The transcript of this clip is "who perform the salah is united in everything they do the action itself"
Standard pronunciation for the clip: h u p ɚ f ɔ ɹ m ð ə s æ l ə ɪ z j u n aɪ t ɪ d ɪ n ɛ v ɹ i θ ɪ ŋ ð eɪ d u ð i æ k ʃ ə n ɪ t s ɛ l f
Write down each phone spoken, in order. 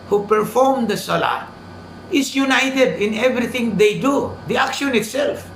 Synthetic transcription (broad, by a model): h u p ɚ f ɔ ɹ m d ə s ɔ l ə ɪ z j u n aɪ t ɪ d ɪ n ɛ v ɹ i t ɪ ŋ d eɪ d u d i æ k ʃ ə n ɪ t s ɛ l f